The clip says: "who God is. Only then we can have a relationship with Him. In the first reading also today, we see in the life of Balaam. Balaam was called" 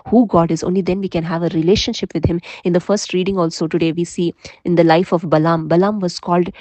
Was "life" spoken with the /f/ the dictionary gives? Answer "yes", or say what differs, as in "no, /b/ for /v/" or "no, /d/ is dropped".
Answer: yes